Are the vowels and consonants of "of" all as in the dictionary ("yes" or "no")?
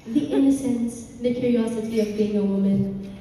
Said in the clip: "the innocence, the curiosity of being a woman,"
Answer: yes